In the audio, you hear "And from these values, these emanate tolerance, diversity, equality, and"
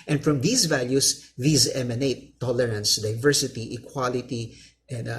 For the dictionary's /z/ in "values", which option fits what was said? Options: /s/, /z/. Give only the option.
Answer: /s/